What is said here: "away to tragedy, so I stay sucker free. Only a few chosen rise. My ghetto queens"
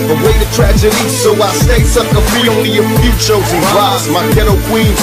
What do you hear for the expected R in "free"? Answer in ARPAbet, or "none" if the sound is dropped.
none